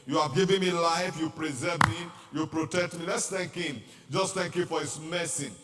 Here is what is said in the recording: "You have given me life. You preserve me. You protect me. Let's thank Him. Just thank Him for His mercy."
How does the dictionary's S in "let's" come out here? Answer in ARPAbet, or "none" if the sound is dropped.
S